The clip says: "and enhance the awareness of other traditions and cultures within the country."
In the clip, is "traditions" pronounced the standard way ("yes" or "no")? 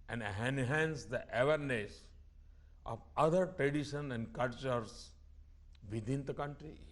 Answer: no